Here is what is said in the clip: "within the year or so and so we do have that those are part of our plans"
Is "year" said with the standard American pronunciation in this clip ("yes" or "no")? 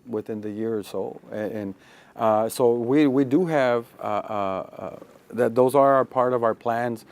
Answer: yes